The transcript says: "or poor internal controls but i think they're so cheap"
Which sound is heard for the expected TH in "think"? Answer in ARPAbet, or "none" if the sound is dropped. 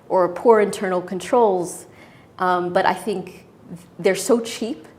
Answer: TH